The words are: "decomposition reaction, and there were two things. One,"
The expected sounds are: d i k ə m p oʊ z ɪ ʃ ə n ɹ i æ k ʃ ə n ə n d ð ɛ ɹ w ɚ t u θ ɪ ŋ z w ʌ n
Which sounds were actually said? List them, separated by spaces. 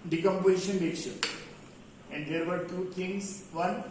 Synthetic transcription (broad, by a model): d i k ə m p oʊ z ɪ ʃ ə n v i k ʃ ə ə n d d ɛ ɹ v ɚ t u t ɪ ŋ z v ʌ n